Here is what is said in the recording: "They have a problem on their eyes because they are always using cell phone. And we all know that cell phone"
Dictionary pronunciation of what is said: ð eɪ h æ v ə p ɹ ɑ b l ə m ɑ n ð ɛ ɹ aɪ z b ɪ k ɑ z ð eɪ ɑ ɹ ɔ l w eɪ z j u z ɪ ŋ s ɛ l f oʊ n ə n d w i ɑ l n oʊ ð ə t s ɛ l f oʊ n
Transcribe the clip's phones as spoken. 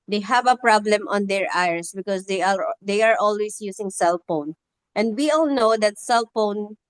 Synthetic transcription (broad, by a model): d eɪ h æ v ə p ɹ ɑ b l ə m ɑ n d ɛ ɹ aɪ s b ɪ k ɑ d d eɪ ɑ ɹ ɔ l w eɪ s j u s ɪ ŋ s ɛ l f oʊ n ə n d w i ɑ l n oʊ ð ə t s ɛ l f oʊ n